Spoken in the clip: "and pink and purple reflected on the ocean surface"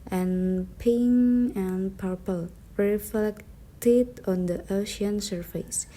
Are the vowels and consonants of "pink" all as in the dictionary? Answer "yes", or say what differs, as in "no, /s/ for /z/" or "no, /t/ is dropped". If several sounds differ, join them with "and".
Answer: no, /k/ is dropped